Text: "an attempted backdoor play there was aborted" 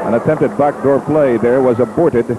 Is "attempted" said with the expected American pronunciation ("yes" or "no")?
yes